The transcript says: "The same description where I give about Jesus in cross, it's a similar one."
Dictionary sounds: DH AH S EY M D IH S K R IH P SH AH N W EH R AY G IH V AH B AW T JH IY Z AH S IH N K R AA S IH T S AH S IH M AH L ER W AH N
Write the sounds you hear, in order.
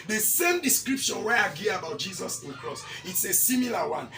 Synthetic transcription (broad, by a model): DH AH S EY M D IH S K R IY P SH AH N W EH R AY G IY AH B AW T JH IY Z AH S IH N K R AA S IH T S AH S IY M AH L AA W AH N